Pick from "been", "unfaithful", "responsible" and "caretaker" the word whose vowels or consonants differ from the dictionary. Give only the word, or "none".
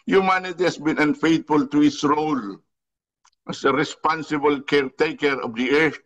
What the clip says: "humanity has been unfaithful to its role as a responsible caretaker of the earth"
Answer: unfaithful